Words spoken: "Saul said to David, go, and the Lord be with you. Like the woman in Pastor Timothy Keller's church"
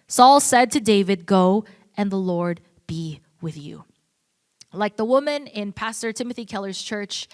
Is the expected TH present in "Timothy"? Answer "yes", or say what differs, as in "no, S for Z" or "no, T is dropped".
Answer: yes